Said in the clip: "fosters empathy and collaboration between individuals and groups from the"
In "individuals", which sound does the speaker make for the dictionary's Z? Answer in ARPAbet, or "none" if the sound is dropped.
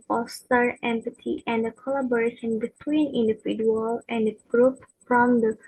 none